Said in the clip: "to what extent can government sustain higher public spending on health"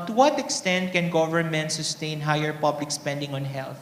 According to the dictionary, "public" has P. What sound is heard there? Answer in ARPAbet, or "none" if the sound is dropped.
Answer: P